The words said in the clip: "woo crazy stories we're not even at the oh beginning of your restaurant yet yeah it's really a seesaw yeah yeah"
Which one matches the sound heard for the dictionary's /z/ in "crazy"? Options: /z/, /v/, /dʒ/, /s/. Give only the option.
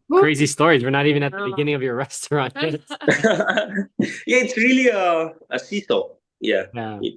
/z/